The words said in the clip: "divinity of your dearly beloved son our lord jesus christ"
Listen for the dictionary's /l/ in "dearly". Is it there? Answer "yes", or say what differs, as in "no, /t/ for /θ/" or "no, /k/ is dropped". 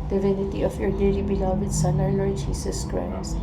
no, /l/ is dropped